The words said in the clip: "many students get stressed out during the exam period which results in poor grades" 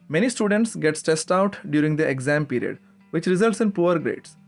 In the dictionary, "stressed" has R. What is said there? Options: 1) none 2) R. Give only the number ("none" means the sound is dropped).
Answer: 1